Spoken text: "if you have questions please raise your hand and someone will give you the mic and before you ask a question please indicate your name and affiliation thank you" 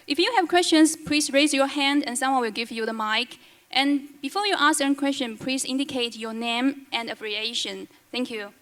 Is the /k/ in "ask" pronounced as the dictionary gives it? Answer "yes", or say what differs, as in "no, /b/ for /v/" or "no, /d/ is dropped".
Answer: no, /k/ is dropped